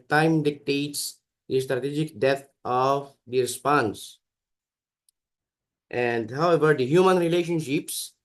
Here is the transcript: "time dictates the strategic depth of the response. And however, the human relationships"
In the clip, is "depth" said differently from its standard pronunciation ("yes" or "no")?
yes